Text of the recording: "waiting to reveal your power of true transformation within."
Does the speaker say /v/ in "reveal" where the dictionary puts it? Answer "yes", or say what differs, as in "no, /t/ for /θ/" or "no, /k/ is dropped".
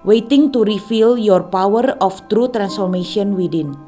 no, /f/ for /v/